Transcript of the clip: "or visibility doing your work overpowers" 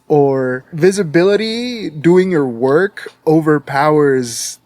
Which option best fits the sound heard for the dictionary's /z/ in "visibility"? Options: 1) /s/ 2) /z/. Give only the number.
2